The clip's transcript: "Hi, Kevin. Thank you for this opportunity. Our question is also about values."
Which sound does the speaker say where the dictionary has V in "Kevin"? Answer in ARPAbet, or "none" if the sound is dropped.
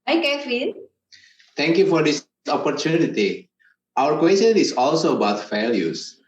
F